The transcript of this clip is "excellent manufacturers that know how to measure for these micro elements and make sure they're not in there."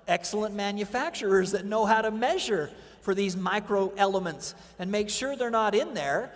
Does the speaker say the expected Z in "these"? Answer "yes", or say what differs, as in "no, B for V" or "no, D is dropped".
yes